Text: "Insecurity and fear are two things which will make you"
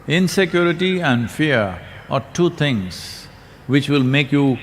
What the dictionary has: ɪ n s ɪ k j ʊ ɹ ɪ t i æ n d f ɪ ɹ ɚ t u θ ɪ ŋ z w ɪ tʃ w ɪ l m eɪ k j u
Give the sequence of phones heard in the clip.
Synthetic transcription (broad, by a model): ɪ n s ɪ k j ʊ ɹ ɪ t i æ n d f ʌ ɹ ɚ t u t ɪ ŋ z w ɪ tʃ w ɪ l m eɪ k j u